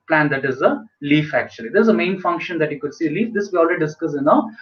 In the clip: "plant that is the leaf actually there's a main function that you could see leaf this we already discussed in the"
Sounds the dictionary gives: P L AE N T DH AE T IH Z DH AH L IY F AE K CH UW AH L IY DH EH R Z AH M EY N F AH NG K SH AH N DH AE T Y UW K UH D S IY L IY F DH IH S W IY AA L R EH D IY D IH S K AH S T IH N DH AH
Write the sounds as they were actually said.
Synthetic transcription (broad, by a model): P L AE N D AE T IH Z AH L IY F AE K CH UW AH L IY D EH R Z AH M EY N F AH NG K SH AH N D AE T Y UW K UH D S IY L IY F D IH S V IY AA L R EH D IY D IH S K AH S IH N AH